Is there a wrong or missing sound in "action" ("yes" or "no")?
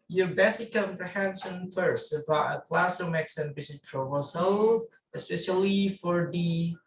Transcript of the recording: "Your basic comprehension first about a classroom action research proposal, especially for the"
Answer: yes